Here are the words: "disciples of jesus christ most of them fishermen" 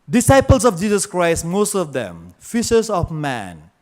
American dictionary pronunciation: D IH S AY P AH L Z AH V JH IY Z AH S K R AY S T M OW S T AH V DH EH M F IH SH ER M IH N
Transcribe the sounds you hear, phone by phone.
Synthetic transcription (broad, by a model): D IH S AY P AH L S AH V JH IY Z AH S K R AY S T M OW S T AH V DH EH M F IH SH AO M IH N